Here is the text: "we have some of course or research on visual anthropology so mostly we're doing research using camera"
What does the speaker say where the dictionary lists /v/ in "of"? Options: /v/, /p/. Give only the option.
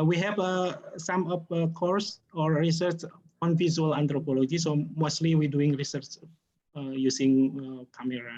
/p/